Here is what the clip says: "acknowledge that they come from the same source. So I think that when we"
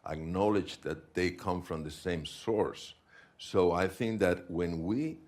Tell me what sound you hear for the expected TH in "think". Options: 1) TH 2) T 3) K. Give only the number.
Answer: 1